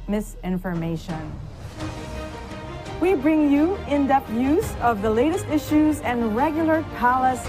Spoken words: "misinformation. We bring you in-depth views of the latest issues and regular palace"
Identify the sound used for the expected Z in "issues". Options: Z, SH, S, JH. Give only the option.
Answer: Z